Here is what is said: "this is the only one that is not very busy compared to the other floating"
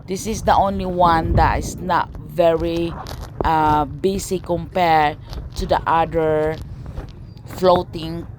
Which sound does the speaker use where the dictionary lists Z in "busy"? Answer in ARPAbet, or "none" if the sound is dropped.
S